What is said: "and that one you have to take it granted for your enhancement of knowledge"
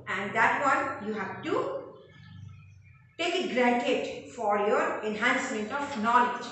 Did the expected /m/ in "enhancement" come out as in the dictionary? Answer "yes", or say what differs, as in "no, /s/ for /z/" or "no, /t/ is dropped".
yes